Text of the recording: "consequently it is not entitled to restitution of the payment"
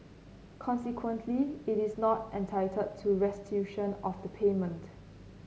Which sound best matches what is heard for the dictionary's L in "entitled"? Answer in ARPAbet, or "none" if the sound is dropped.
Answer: none